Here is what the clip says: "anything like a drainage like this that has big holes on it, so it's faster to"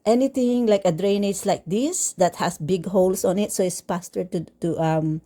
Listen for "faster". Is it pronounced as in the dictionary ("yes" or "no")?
no